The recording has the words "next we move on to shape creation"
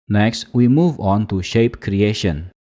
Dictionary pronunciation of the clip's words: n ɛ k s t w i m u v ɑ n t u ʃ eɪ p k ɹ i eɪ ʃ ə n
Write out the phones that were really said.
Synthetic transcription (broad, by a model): n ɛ k s t w i m u v ɑ n t u ʃ eɪ p k ɹ i eɪ ʃ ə n